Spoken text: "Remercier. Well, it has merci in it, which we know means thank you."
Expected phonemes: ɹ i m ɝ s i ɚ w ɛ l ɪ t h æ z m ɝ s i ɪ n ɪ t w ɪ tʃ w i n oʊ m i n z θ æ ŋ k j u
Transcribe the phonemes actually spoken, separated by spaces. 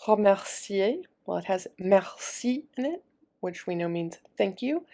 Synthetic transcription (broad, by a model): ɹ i m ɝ s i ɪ w ɛ l ɪ t h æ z m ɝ s i ɪ n ɪ t w ɪ tʃ w i n oʊ m i n z θ æ ŋ k j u